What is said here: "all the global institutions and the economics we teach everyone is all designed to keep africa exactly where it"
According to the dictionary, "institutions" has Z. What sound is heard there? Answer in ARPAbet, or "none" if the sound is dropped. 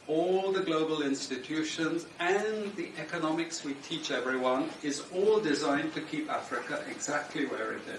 Z